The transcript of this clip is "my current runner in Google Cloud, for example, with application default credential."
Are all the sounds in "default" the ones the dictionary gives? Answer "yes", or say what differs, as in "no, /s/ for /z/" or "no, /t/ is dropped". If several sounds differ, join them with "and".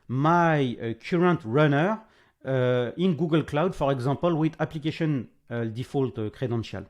yes